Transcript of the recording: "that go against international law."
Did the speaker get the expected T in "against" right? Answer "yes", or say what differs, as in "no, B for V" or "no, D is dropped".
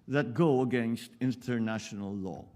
yes